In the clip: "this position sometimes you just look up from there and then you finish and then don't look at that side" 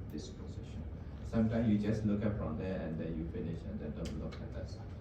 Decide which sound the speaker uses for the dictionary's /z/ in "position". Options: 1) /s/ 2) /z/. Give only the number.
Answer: 1